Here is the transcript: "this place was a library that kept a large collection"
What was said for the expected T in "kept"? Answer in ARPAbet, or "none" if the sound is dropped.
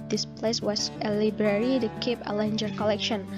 none